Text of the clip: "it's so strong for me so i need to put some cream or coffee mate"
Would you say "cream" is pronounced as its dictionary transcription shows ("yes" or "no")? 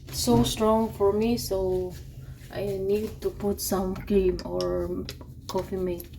no